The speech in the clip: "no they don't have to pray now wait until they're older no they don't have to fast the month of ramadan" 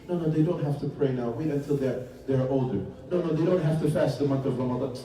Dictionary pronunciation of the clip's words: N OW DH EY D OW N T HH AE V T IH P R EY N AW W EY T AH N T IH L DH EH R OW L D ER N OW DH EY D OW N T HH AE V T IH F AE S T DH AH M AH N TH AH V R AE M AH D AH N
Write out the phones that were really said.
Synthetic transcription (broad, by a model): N OW DH EY D OW N T HH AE F T IH P R EY N AW W EY T AH N T IH L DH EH R OW L D ER N OW DH EY D OW N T HH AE F T IH F AE S T DH AH M AH N TH AH V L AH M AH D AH